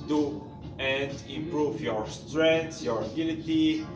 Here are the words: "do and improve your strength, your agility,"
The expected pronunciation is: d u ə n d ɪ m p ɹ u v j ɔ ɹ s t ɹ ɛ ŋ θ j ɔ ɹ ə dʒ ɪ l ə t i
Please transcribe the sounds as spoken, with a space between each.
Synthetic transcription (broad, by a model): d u ə n d ɪ m p ɹ u v j ɔ ɹ s t ɹ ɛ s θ j ɔ ɹ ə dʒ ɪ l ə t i